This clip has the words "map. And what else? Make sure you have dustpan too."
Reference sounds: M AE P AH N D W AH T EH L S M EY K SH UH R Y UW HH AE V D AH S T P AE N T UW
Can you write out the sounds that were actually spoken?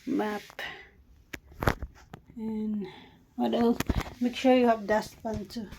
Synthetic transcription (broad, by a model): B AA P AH N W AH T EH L M EY K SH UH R Y UW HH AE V D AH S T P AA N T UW